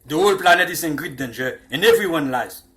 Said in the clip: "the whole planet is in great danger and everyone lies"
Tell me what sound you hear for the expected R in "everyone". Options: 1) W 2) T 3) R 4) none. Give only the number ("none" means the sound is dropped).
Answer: 3